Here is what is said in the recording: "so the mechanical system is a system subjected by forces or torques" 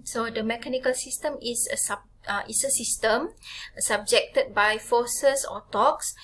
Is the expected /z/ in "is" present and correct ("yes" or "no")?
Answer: no